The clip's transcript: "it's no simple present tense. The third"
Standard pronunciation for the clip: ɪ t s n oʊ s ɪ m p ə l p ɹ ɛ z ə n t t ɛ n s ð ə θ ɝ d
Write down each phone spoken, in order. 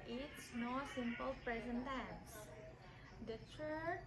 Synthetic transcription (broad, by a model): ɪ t s n oʊ s ɪ m p ə l p ɹ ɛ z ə n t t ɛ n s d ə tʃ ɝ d